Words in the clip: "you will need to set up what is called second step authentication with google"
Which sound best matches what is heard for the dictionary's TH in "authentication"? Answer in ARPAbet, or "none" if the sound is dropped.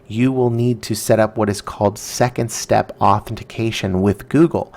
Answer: TH